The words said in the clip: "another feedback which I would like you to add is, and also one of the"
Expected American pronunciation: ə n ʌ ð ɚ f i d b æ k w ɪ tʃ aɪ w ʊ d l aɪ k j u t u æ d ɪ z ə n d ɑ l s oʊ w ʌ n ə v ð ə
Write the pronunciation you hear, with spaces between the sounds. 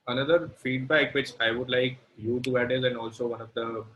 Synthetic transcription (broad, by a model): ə n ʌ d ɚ f i d b æ k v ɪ tʃ aɪ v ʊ d l aɪ k j u t u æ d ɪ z ə n d ɑ l s oʊ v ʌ n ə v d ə